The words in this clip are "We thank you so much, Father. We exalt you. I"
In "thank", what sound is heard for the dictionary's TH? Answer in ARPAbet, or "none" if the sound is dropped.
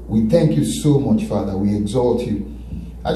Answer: TH